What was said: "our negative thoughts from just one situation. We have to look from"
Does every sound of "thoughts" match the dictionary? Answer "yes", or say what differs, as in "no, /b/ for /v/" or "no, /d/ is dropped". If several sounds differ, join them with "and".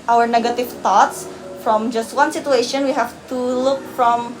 no, /t/ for /θ/